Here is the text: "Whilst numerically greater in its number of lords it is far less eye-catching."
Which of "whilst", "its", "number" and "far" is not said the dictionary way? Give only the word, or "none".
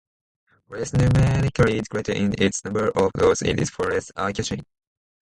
whilst